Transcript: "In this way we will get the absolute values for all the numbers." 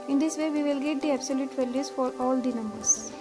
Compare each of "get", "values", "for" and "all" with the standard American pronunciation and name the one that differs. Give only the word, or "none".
values